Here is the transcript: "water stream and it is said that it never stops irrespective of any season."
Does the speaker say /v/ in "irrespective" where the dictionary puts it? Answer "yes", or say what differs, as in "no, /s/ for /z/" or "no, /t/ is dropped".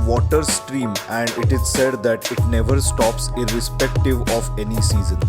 yes